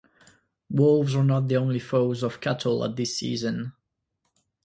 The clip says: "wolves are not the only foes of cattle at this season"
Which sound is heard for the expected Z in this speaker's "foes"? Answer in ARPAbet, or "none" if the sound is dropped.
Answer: Z